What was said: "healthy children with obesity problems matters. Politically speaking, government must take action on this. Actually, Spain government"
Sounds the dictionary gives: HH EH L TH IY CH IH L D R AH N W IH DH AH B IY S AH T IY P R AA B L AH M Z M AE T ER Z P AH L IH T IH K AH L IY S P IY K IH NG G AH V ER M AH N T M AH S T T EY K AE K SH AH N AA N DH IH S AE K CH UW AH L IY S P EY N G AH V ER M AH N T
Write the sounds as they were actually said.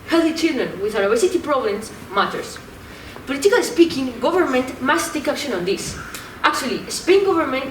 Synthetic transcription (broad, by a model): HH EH L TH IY CH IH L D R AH N W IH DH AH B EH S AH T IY P R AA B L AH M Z M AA T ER S P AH L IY T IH K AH L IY S P IY K IH NG G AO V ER M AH N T M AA S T T EY K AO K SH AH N AA N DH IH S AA K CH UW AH L IY S P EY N G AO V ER M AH N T